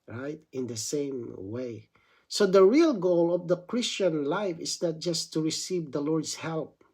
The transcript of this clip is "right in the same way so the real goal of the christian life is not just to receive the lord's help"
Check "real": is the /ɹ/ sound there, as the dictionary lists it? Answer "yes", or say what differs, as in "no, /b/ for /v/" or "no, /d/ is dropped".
yes